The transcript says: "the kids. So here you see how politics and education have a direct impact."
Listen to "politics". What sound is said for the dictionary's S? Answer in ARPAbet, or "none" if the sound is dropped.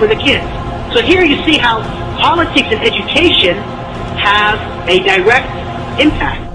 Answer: S